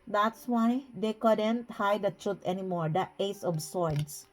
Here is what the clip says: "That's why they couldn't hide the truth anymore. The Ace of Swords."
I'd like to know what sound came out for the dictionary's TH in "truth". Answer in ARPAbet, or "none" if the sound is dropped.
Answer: T